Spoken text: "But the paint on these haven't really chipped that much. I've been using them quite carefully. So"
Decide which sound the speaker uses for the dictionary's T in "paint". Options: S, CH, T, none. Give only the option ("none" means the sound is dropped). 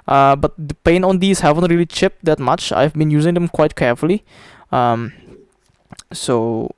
none